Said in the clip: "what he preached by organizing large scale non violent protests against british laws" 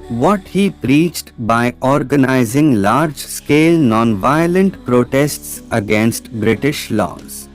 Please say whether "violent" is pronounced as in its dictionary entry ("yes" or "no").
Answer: yes